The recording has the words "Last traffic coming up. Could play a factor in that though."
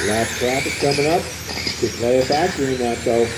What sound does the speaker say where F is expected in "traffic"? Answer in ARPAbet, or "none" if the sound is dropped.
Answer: P